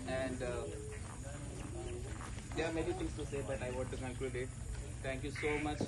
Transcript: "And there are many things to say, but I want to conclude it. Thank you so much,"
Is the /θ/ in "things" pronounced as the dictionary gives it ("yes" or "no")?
no